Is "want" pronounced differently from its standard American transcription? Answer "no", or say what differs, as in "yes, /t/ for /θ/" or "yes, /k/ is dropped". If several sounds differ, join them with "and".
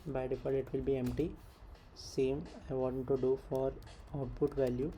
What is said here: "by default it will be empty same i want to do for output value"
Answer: yes, /n/ is dropped